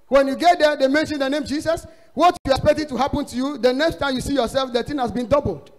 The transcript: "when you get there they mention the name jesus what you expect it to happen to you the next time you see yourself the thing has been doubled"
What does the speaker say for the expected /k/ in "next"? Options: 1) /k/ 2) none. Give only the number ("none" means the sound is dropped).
1